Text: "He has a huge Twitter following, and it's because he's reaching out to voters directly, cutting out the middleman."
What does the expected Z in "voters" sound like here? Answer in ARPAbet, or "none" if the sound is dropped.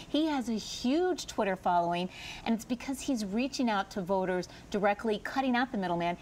Z